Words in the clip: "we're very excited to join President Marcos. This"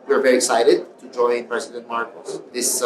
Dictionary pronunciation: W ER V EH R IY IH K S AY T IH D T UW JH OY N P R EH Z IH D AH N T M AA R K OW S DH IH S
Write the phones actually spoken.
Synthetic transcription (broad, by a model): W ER V EH R IY IH K S AY T IH D T UW JH OY N P R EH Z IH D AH N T M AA R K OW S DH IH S